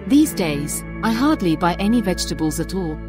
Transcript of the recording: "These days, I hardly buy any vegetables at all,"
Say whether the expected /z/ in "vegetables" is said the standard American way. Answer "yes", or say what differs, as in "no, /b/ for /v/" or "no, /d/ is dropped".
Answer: yes